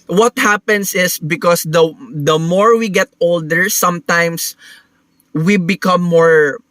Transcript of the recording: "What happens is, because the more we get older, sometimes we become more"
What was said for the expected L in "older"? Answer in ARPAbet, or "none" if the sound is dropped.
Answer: L